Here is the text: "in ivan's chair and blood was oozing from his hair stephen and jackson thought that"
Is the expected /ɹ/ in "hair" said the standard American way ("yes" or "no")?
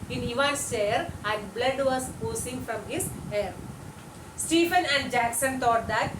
yes